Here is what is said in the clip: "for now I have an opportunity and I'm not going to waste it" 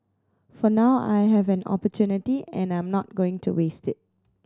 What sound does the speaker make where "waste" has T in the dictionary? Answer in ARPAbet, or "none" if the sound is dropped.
T